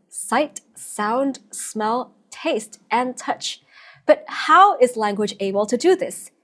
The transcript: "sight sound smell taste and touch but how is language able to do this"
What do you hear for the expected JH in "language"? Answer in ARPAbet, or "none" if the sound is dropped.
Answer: JH